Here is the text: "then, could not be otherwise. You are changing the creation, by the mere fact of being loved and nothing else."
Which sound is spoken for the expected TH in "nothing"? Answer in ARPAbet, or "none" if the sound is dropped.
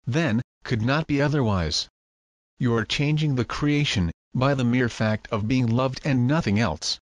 TH